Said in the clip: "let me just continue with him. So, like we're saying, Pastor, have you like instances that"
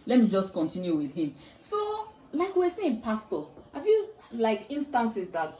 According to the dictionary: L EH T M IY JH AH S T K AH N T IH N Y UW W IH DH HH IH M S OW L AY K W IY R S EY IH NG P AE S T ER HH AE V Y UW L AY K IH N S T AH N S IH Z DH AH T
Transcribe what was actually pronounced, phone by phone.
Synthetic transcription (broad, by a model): L EH T M IY JH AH S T K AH N T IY N Y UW W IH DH HH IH M S OW L AY K W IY W S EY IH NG P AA S T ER HH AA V Y UW L AY K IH N S T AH N S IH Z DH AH T